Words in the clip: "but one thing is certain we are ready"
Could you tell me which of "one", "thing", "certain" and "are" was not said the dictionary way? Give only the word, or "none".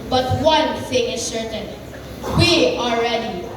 are